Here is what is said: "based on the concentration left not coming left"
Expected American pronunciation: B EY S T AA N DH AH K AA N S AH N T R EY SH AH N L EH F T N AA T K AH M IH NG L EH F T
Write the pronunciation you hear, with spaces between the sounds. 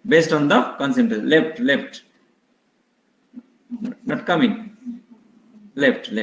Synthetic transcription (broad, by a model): B EY S T AA N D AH K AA N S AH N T L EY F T L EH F T N AA T K AH M IH NG L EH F T